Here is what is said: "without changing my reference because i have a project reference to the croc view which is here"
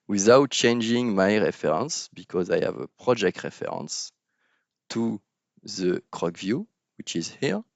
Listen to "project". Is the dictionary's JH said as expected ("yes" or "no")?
yes